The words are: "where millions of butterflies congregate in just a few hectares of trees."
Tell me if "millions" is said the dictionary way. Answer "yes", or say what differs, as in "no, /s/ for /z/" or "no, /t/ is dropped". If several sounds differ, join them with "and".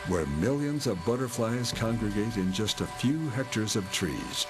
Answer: yes